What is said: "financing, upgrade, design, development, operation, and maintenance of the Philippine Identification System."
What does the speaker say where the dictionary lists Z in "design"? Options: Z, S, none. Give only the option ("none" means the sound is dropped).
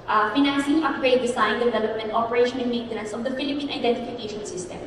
S